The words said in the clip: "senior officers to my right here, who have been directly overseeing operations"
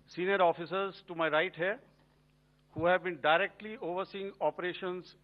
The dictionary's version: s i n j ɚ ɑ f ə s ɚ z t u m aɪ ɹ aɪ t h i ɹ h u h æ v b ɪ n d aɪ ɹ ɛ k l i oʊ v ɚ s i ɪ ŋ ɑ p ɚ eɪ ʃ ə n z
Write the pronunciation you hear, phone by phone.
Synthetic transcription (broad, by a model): s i n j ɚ ɑ f ə s ɚ z t u m aɪ ɹ aɪ t h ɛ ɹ h u h æ v b ɪ n d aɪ ɹ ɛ k l i oʊ v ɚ s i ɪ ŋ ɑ p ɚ eɪ ʃ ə n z